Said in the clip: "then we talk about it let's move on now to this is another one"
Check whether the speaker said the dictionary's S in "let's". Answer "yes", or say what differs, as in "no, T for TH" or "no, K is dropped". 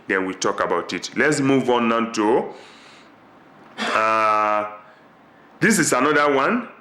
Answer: yes